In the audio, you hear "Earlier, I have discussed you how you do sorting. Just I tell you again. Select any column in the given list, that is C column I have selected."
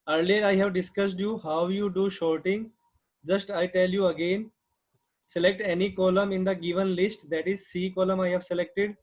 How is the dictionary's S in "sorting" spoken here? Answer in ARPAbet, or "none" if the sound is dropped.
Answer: SH